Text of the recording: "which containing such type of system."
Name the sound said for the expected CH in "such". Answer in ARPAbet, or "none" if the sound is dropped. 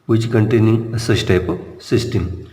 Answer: S